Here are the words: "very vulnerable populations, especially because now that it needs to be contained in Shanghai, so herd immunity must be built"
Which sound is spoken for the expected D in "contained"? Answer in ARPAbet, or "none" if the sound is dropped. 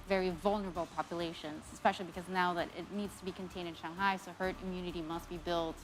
D